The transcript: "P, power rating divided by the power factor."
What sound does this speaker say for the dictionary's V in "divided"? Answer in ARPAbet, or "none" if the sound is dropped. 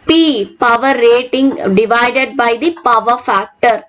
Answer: V